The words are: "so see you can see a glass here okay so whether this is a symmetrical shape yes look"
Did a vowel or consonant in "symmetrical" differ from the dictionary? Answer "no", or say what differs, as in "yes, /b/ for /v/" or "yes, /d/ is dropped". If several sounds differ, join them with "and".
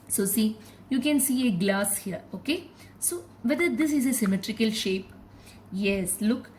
no